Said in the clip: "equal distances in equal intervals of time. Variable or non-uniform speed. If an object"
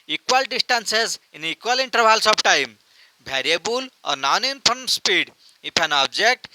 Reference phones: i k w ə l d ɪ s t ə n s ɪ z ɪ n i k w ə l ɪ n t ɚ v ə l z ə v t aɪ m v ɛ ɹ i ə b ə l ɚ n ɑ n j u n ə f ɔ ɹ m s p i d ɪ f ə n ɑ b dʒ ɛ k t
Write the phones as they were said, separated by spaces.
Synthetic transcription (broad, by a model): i k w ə l d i s t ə n s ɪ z ɪ n i k w ə l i n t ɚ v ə l s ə b t aɪ m b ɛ ɹ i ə b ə l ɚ n ɑ n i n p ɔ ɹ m s p i d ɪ p ə n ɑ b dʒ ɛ k t